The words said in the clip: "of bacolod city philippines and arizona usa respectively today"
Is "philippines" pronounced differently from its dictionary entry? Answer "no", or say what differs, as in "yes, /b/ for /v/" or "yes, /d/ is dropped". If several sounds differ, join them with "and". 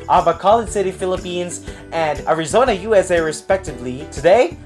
no